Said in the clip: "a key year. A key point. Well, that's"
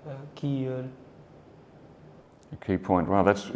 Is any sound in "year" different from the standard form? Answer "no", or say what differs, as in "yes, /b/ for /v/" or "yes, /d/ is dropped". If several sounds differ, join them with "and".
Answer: yes, /l/ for /ɹ/